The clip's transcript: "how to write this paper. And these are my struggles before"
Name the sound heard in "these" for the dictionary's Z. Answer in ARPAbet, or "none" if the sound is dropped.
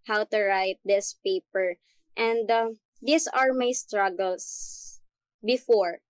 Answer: S